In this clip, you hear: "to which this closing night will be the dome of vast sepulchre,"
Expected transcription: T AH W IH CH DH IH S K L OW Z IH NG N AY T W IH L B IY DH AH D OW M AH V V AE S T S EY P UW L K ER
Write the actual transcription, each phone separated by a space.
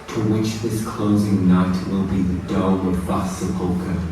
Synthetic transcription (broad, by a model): T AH W IH CH DH IH S K L OW Z IH NG N AY T W IH L B IY DH AH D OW AH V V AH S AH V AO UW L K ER